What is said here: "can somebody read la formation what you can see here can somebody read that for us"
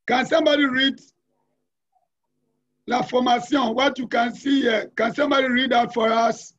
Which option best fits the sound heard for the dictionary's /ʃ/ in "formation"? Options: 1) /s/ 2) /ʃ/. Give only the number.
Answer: 1